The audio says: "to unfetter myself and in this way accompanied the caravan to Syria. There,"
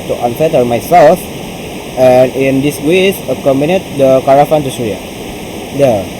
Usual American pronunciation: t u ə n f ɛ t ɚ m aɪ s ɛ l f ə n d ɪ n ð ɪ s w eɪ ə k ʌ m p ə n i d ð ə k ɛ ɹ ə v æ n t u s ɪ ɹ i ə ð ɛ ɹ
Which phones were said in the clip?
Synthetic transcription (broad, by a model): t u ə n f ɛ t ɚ m aɪ s ɛ l f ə n ɪ n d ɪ s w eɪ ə k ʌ m b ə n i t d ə k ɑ ɹ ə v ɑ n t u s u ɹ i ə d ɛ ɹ